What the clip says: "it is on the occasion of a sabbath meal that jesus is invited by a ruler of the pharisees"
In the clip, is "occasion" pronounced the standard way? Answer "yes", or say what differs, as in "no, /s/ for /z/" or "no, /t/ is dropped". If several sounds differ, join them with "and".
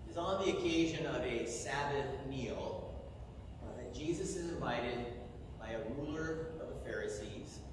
yes